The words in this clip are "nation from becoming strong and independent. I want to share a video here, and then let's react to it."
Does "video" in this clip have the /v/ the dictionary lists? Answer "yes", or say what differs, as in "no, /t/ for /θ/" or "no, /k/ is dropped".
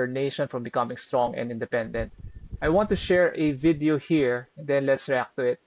yes